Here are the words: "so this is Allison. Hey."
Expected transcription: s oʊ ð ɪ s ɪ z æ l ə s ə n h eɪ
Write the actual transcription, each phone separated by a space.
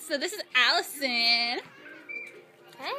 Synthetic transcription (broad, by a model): s oʊ ð ɪ s ɪ z æ l ə s ə n